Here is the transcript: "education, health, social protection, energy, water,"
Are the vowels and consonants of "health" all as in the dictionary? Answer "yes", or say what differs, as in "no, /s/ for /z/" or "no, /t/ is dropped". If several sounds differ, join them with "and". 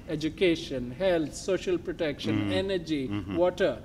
no, /t/ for /θ/